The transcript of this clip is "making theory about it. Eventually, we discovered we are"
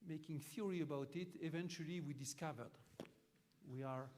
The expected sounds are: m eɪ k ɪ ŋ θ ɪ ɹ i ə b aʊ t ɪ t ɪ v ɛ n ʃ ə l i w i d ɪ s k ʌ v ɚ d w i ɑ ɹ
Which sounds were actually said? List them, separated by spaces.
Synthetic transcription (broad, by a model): m eɪ k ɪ ŋ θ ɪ ɹ i ə b aʊ t ɪ t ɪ v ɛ n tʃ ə l i w i d ɪ s k ʌ v ɚ d w i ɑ ɹ